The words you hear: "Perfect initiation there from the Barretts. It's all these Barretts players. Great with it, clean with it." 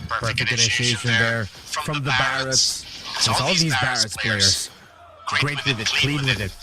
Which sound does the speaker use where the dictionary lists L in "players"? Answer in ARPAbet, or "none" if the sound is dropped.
none